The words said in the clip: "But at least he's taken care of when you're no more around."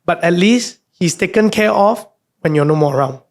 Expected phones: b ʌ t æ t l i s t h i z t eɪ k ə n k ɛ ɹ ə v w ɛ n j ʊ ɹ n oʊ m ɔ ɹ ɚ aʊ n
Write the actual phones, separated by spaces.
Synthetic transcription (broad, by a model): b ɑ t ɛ t l i s t h i s t eɪ k ə n k ɛ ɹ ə f w ɛ n j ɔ n oʊ m ɔ ɹ aʊ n